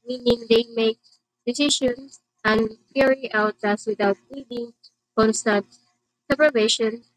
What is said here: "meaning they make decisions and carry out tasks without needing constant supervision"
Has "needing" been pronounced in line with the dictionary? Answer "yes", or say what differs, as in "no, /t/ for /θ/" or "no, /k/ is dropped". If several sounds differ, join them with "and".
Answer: no, /l/ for /n/